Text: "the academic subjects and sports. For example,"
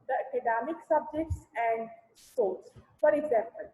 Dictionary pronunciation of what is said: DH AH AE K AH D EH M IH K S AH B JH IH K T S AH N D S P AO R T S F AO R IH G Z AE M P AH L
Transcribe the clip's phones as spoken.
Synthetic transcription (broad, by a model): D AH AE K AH D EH M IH K S AH B JH IH K T S AH N D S AO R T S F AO R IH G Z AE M P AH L